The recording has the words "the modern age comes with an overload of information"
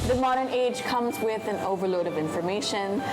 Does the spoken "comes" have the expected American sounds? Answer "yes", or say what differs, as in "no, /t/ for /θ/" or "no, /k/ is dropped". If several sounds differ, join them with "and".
yes